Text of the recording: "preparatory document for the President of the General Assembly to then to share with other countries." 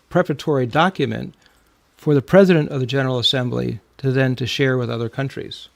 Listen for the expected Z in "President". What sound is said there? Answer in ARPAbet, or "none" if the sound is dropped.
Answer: Z